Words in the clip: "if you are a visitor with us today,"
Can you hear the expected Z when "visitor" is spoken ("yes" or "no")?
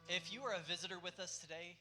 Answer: yes